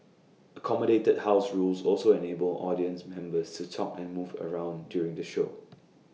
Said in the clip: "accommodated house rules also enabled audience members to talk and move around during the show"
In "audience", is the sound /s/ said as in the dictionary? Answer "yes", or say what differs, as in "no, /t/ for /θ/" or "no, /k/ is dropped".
yes